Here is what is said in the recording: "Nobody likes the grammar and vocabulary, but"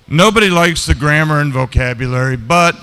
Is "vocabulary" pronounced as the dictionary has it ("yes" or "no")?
yes